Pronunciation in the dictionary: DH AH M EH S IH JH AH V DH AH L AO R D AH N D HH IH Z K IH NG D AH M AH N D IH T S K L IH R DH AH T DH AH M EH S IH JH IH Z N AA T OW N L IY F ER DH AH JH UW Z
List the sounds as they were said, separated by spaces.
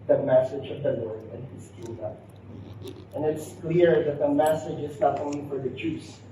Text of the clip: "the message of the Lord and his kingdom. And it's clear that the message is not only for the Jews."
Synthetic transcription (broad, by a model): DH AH M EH S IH JH AH V DH AH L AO R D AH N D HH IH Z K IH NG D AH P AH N IH T S K L IH R DH AH T DH AH M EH S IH JH IH Z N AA T OW N L IY F ER DH AH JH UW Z